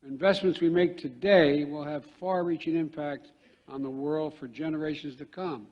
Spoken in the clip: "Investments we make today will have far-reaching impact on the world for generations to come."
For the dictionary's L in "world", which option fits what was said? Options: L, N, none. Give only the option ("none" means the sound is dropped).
L